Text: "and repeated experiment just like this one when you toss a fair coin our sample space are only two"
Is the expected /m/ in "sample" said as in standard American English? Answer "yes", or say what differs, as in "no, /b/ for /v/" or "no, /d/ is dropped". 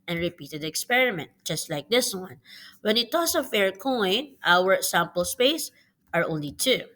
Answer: yes